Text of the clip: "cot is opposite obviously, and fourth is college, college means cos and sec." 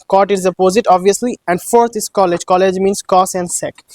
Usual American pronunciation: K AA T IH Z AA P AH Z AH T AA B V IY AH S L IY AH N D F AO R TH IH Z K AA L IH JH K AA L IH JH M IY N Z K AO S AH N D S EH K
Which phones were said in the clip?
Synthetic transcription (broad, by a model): K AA T IH Z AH P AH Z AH T AA B V IY AH S L IY AH N D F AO R T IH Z K AA L IH JH K AA L IH JH M IY N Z K AO S AH N D S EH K